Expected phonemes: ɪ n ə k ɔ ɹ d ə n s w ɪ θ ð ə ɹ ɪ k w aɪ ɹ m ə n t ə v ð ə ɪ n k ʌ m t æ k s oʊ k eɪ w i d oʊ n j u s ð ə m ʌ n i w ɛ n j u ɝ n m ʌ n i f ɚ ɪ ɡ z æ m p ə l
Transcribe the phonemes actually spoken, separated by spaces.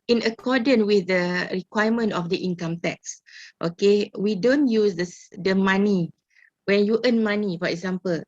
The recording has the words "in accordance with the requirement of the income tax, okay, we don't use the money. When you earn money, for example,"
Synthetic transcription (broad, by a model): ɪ n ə k ɔ d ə n w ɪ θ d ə ɹ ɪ k w aɪ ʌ m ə n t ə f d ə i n k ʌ m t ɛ k s oʊ k eɪ w i d oʊ n j u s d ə m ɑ n i w ɛ n j u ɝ n m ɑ n i f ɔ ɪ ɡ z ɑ m p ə l